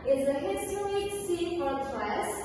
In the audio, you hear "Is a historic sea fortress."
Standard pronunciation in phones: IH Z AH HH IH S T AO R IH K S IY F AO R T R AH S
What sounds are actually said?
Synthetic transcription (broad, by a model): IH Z AH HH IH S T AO IH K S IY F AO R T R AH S